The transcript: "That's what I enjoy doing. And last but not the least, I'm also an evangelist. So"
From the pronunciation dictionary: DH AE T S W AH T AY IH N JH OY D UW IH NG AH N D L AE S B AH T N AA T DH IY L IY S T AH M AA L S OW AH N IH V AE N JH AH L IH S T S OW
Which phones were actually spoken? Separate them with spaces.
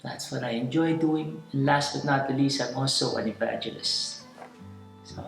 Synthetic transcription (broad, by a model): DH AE T S W AH T AY IH N JH OY D UW IH NG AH N L AE S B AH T N AA T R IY L IY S AH M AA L S OW AH N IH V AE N JH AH L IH S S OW